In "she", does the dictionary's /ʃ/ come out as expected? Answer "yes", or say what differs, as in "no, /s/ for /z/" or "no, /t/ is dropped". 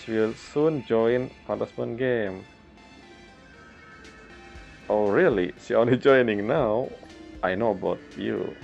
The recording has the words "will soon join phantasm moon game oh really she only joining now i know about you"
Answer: no, /s/ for /ʃ/